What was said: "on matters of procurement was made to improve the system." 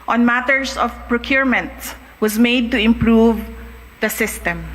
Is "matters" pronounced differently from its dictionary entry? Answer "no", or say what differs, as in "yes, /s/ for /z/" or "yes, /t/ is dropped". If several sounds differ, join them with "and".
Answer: yes, /s/ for /z/